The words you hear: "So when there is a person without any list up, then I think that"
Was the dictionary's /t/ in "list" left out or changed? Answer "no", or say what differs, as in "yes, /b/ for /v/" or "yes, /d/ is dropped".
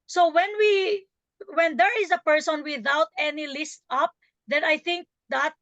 no